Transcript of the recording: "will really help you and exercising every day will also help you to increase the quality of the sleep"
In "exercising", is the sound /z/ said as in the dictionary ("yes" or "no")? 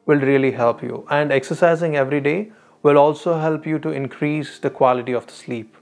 yes